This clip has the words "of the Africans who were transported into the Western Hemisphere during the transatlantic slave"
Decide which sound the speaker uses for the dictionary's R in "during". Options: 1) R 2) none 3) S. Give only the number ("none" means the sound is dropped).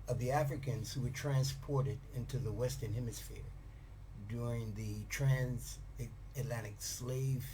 1